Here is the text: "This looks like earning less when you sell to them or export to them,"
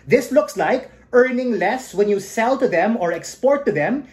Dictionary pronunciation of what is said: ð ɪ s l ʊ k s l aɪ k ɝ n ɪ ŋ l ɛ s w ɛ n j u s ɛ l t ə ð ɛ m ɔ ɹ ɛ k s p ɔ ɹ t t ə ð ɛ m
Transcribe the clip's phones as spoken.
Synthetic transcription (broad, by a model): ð ɪ s l ʊ k s l aɪ k ɝ n ɪ ŋ l ɛ s w ɛ n j u s ɛ l t ə ð ɛ m ɔ ɹ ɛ k s p ɔ ɹ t t ə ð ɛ m